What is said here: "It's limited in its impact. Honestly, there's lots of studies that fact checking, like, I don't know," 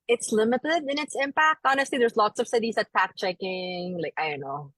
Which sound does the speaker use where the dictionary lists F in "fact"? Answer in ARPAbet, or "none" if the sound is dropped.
P